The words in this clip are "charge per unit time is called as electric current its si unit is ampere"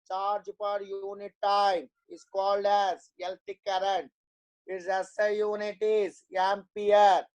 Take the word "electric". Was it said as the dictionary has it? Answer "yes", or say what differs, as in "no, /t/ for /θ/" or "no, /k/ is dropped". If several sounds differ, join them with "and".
no, /ɹ/ is dropped